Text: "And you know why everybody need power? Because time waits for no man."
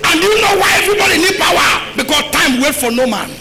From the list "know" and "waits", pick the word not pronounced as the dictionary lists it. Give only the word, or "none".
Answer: waits